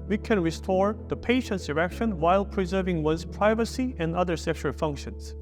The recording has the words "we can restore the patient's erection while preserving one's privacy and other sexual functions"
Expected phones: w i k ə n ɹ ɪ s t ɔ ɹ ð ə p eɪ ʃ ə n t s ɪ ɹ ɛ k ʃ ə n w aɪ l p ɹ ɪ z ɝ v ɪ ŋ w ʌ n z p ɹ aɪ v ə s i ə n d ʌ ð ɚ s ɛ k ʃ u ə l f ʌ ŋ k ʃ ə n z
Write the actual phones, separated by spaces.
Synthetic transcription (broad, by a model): w i k ə n ɹ ɪ s t ɔ ɹ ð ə p eɪ ʃ ə n t s ɪ ɹ ɛ k ʃ ə n w aɪ l p ɹ ɪ z ɝ v ɪ ŋ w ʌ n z p ɹ aɪ v ə s i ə n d ʌ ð ɚ s ɛ k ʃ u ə l f ʌ ŋ k ʃ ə n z